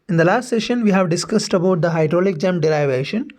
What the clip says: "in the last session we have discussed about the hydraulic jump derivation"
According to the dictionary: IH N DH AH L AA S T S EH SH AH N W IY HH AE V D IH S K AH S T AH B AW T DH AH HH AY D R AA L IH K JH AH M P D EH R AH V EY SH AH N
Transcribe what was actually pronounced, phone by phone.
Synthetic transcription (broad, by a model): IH N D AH L AA S T S EH SH AH N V IY HH AE V D IH S K AH S T AH B AW T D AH HH AY D R AA L IH K JH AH M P D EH R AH V EY SH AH N